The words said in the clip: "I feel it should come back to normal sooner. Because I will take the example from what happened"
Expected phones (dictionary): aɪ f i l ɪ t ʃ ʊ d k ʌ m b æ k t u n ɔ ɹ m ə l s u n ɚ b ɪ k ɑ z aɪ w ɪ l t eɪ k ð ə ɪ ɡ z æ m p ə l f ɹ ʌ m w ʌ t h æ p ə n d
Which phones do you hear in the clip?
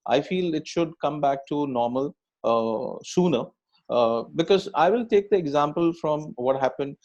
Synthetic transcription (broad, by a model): aɪ f i l ɪ t ʃ ʊ d k ʌ m b æ k t u n ɔ ɹ m ə l s u n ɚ b ɪ k ɑ z aɪ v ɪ l t eɪ k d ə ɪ ɡ z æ m p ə l f ɹ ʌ m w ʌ t h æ p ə n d